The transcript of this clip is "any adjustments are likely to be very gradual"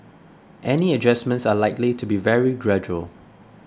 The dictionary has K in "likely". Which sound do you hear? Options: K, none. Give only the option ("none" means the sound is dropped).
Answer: K